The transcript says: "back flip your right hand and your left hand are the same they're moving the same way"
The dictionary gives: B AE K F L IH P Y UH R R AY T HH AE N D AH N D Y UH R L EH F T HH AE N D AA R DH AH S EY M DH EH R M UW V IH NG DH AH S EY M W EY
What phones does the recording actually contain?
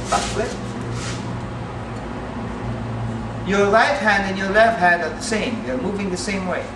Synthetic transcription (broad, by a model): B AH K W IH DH Y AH R L AY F HH AE N D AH N Y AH R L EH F HH AE N D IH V DH AH S EY M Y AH R M UW V IH NG DH AH S EY M W EY